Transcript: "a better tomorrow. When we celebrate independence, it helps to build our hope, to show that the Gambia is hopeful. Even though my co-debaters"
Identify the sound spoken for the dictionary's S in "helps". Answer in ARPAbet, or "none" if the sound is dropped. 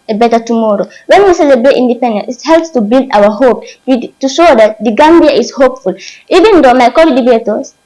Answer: S